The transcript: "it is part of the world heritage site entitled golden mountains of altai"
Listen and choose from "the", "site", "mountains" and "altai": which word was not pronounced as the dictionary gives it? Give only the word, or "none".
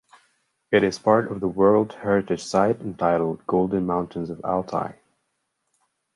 none